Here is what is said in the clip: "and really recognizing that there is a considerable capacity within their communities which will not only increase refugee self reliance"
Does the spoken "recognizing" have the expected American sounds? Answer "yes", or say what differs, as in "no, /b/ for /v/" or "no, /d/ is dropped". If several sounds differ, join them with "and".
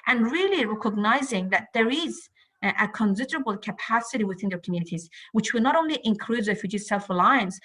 yes